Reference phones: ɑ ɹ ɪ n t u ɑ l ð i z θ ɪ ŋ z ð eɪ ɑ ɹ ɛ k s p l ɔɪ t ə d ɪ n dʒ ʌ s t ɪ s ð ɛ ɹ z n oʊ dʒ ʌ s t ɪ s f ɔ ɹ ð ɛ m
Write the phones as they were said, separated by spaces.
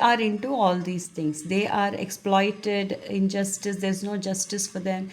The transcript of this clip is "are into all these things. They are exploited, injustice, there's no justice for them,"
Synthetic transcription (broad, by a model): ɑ ɹ ɪ n t u ɑ l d i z t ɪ ŋ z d eɪ ɑ ɹ ɛ k s p l ɔɪ t ə d ɪ n dʒ ʌ s t ɪ s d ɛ ɹ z n oʊ dʒ ʌ s t ɪ s f ɔ ɹ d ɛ m